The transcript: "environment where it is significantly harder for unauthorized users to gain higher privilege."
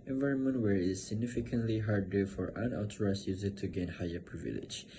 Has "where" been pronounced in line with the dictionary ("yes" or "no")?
yes